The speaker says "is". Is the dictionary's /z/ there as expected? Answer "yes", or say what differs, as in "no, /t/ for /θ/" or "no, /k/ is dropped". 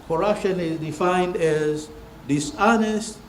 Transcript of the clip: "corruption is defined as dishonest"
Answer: yes